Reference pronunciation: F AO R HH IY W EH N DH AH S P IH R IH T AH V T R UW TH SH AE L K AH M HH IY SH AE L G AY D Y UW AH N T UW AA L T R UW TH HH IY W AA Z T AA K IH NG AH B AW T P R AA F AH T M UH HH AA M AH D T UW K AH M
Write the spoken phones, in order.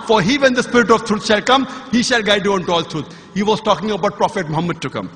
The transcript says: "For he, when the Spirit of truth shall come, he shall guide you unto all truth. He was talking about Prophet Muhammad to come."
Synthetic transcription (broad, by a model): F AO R HH IY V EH N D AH S P IH R IH T AH V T R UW T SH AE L K AH M HH IY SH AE L G AY D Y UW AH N T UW AA L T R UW T HH IY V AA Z T AA K IH NG AH B AW T P R AA F AH T M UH HH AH M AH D T UW K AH M